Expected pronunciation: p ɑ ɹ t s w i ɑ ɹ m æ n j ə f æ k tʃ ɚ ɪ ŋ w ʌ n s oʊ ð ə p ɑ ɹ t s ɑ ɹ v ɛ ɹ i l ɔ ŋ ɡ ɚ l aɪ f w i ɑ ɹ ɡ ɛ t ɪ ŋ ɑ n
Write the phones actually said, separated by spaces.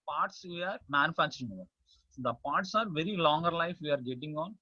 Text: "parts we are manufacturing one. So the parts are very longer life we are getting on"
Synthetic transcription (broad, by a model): p ɑ ɹ t s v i ɑ ɹ m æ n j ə f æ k tʃ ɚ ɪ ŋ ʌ s oʊ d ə p ɑ ɹ t s ɑ ɹ v ɛ ɹ i l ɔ ŋ ɡ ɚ l aɪ f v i ɑ ɹ ɡ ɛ t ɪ ŋ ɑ n